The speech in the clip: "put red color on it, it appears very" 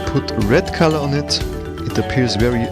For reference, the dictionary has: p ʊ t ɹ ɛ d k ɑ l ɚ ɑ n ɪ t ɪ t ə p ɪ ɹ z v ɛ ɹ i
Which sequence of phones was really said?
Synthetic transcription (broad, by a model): p ʊ t ɹ ɛ d k ɑ l ɚ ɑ n ɪ t ɪ t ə p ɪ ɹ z v ɛ ɹ i